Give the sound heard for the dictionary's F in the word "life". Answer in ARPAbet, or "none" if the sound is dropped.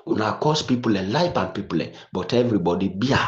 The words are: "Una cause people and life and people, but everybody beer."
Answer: P